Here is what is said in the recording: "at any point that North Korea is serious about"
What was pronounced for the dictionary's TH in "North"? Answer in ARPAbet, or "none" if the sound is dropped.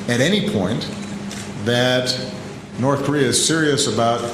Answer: TH